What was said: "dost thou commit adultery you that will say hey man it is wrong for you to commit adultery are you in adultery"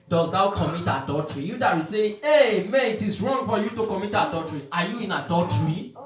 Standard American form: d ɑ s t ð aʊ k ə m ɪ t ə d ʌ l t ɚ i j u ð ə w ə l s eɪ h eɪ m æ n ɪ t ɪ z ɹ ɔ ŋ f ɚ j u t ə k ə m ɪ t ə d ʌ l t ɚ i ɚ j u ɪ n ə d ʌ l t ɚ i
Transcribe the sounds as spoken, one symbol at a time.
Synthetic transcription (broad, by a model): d ɑ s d aʊ k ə m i t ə d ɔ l t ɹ i j u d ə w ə s eɪ eɪ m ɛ ɪ t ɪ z ɹ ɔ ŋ f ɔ j u t ə k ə m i t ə d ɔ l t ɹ i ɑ j u ɪ n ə d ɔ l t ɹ i